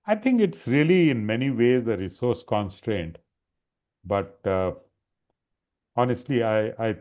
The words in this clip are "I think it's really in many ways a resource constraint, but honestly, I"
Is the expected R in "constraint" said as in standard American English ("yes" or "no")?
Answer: yes